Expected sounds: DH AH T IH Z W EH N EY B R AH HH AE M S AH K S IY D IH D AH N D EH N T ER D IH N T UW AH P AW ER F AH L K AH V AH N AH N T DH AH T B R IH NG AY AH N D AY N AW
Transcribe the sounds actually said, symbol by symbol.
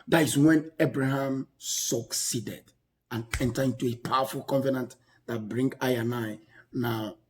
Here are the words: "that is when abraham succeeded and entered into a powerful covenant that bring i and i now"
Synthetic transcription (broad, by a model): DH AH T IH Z W EH N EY B R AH HH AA M S AH K S IY D IH D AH N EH N T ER IH N T UW AH P AW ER F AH L K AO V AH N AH N T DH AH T B R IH NG AY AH N AY N AW